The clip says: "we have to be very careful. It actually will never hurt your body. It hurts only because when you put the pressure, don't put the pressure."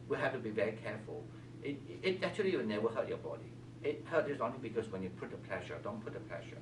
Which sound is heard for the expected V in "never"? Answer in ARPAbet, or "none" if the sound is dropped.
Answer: W